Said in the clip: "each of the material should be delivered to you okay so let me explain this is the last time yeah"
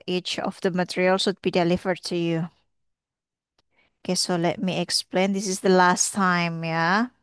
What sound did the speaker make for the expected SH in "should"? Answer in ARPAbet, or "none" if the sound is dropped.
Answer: S